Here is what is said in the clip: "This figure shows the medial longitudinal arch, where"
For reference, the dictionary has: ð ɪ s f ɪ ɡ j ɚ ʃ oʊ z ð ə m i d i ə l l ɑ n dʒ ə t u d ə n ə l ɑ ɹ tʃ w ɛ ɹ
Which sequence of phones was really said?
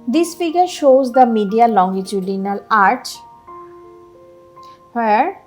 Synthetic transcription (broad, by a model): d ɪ s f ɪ ɡ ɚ ʃ oʊ z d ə m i d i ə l l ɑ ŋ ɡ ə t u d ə n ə l ɑ ɹ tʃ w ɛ ɹ